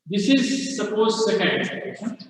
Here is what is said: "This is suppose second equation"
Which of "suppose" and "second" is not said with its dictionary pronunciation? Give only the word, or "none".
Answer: second